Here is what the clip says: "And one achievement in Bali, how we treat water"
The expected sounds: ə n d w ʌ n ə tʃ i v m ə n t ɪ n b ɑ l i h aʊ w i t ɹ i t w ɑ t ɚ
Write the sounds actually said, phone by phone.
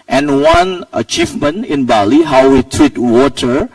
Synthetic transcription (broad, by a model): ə n w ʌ n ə tʃ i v m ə n ɪ n b ɑ l i h aʊ w i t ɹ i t w ɑ t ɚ